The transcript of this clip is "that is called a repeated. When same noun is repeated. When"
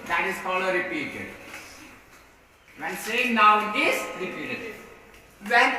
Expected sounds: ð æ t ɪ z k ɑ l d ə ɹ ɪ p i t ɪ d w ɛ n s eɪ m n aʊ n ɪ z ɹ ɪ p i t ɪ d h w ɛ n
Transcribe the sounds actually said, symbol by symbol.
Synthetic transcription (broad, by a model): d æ t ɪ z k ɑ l ə ɹ ɪ p i t ɪ d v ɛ n s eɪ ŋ n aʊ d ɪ s ɹ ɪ p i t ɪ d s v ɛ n